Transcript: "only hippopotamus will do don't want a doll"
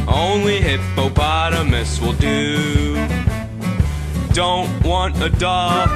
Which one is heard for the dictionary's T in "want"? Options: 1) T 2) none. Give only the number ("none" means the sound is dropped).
1